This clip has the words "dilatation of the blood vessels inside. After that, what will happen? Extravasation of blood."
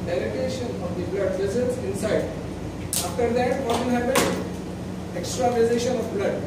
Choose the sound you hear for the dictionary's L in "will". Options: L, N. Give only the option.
N